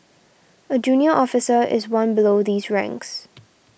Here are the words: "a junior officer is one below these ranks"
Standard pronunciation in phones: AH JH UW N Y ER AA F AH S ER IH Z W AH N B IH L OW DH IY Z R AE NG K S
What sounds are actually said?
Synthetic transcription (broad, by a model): AH JH UW N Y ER AA F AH S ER IH Z W AH N B IH L OW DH IY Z R AE NG K S